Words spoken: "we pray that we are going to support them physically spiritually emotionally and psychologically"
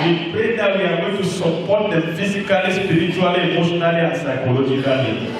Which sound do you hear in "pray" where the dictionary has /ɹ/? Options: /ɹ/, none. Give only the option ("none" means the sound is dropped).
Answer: none